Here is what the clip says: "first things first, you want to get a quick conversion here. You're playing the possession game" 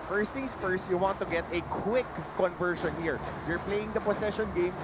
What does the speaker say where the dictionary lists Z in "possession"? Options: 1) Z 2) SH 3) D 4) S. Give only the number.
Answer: 4